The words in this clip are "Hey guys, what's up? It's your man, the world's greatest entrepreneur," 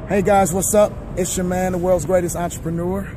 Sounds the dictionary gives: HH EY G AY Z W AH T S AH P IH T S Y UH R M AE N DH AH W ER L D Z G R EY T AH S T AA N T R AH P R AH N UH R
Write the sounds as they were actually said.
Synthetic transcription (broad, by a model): HH EY G AY Z W AH T S AH P IH T S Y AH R M AE N DH AH W ER L D Z G R EY T AH S T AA N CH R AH P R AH N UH R